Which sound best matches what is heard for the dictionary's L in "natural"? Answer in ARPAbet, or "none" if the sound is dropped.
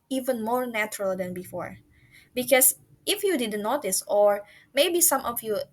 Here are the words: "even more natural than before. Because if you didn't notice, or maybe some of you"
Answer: L